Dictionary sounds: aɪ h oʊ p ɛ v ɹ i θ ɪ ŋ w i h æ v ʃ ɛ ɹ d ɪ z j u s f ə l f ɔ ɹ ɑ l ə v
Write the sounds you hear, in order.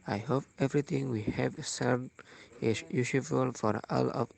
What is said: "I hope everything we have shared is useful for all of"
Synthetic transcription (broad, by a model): aɪ h oʊ p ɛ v ɹ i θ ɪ ŋ w i h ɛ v s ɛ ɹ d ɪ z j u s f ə l f ɔ ɹ ɑ l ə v